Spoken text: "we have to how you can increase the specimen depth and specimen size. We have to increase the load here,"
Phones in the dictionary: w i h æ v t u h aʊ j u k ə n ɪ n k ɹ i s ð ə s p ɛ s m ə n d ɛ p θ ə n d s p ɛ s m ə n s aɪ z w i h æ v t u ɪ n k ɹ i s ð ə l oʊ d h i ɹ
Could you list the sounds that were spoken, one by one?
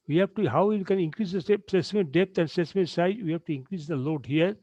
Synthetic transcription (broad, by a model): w i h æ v t u h aʊ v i k ə n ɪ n k ɹ i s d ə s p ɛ s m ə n d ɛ p t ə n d s ɛ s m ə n s aɪ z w i h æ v t u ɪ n k ɹ i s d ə l oʊ d h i ɹ